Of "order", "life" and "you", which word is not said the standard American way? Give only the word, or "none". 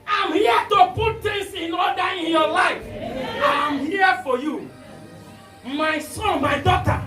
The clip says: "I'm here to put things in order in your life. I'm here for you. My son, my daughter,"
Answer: order